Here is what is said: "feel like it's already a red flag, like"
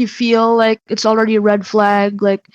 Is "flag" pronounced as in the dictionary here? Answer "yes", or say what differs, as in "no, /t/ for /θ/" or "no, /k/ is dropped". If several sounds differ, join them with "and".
yes